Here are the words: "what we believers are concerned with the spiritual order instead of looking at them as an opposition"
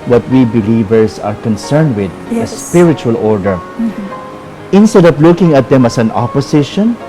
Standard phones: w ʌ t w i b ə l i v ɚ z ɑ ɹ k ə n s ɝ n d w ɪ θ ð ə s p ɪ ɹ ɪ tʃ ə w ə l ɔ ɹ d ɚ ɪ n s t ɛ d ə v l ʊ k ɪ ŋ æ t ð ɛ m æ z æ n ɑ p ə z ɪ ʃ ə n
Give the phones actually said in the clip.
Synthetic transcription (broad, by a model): w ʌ t w i b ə l i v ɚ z ɑ ɹ k ə n s ɝ n d w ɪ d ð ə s p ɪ ɹ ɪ tʃ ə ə l ɔ ɹ d ɚ ɪ n s t ɛ d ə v l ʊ k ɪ ŋ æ t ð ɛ m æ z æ n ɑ p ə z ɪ ʃ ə n